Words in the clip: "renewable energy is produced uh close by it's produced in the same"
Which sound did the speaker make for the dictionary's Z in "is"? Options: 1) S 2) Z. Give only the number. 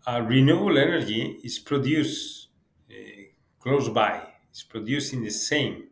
1